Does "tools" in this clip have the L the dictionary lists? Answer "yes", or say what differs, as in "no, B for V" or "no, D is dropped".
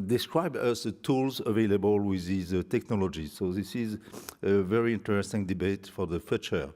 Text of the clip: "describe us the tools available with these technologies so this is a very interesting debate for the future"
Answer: yes